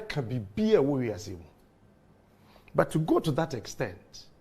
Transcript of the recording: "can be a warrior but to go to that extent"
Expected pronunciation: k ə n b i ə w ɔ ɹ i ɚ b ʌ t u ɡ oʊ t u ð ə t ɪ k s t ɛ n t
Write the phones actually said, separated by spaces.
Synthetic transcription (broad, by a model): k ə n b i ə w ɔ w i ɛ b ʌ t u ɡ oʊ t u ð ə t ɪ k s t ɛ n t